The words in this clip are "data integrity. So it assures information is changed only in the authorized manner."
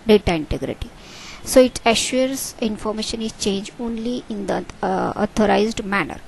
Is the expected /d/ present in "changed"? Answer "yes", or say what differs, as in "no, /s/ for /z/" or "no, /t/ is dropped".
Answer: no, /d/ is dropped